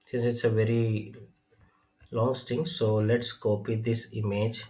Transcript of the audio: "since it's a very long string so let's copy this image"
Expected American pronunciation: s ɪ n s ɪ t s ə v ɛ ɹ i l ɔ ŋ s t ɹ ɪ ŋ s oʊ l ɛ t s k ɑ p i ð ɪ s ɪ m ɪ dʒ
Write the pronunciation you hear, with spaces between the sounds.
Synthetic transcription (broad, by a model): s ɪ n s ɪ t s ə v ɛ ɹ i l ɔ ŋ s t ɪ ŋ s oʊ l ɛ t s k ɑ p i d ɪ s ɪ m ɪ dʒ